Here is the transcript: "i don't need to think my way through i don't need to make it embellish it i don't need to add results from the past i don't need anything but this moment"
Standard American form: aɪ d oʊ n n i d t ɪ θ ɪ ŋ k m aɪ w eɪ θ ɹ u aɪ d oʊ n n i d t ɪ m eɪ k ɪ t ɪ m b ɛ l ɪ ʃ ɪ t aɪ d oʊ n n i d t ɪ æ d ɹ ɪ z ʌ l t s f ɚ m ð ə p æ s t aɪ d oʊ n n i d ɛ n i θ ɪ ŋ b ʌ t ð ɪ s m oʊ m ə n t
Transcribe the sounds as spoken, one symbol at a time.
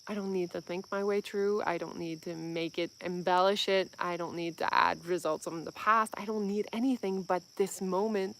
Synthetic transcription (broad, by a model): aɪ d oʊ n n i d t ɪ θ ɪ ŋ k m aɪ w eɪ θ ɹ u aɪ d oʊ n n i d t ɪ m eɪ k ɪ t ɪ m b ɛ l ɪ ʃ ɪ t aɪ d oʊ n n i d t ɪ æ d ɹ ɪ z ʌ l t s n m ð ə p æ s t aɪ d oʊ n n i d ɛ n i θ ɪ ŋ b ʌ t ð ɪ s m oʊ m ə n t